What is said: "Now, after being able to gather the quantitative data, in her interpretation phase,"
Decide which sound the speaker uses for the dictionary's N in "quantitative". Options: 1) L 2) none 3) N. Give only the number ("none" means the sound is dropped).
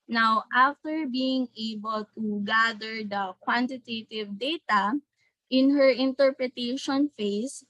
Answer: 3